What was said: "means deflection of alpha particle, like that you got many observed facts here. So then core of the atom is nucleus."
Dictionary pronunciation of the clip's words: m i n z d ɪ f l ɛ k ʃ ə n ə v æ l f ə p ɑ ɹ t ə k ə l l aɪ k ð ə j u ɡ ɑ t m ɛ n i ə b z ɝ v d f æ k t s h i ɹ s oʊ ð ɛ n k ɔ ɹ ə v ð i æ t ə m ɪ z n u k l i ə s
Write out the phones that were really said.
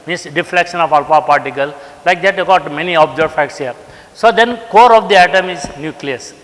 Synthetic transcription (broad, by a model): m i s d ɪ f l ɛ k ʃ ə n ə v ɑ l p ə p ɑ ɹ t ə k ə l l aɪ k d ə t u ɡ ɑ t m ɛ n i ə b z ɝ d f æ k t s h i ɹ s oʊ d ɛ n k ɔ ɹ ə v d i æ t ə m ɪ z n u k l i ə s